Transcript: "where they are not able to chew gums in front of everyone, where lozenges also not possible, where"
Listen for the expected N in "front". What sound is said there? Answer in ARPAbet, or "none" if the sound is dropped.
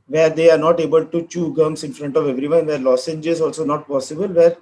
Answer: N